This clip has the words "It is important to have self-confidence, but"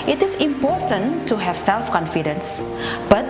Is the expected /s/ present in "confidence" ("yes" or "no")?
yes